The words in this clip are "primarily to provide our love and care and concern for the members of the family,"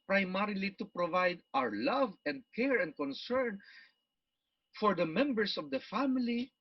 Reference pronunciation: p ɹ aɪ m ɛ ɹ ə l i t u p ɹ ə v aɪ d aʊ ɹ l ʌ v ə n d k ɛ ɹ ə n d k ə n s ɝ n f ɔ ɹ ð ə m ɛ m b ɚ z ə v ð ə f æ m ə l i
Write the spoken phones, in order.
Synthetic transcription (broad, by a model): p ɹ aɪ m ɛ ɹ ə l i t u p ɹ ə v aɪ d aʊ ɹ l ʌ v ə n d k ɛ ɹ ə n d k ə n s ɝ n f ɔ ɹ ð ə m ɛ m b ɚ s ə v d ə f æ m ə l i